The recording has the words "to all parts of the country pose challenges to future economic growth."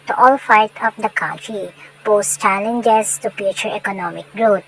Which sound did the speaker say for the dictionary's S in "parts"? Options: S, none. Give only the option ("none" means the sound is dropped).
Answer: none